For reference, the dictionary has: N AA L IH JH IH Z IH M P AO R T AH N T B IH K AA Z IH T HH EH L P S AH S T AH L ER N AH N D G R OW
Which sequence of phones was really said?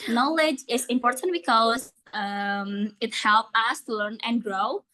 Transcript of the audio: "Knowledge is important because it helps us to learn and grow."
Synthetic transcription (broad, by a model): N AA L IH JH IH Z IH M P AO R T AH N T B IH K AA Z IH T HH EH L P AH S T L ER N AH N G R OW